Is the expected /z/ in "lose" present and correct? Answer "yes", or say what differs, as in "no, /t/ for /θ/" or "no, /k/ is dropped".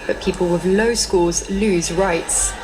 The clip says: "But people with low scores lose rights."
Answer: yes